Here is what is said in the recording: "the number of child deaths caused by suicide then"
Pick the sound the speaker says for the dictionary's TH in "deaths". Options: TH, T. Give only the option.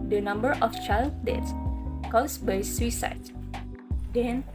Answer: T